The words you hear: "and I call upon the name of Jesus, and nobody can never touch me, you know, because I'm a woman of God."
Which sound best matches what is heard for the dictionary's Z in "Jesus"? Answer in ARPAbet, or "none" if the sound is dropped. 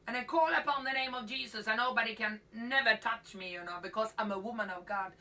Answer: Z